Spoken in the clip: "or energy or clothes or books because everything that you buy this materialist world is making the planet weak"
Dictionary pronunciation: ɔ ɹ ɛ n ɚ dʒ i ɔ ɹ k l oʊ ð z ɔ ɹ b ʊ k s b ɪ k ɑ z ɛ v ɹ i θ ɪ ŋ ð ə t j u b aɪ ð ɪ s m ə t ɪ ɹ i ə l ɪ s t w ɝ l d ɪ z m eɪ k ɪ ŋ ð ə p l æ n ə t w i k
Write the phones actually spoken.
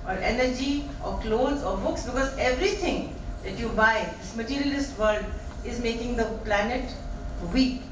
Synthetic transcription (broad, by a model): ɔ ɹ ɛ n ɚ dʒ i ɔ ɹ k l oʊ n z ɔ ɹ b ʊ k s b ɪ k ɑ z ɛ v ɹ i t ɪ ŋ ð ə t j u b aɪ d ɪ s m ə t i ɹ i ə l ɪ s t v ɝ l d ɪ z m eɪ k ɪ ŋ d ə p l æ n ə t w i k